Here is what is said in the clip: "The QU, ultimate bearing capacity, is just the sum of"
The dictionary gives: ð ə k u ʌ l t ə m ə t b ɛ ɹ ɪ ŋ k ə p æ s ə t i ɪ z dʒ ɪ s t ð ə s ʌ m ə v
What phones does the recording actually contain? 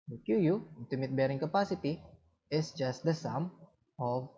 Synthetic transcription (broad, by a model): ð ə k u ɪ n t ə m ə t b ɛ ɹ ɪ ŋ k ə p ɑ s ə t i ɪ s dʒ ɪ s t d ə s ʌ m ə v